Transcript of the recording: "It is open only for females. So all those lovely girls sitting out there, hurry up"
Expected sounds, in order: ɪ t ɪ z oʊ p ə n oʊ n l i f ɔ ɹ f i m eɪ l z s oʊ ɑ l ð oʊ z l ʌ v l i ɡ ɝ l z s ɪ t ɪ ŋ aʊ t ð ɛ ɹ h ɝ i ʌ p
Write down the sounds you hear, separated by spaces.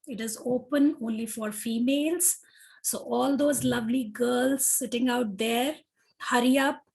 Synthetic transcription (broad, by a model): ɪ t ɪ z oʊ p ə n oʊ n l i f ɔ ɹ f i m eɪ l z s oʊ ɑ l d oʊ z l ʌ v l i ɡ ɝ l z s ɪ t ɪ ŋ aʊ t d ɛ ɹ h ɝ i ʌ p